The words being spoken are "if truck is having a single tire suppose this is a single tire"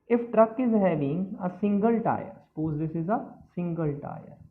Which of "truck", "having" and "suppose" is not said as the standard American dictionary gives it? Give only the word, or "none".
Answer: having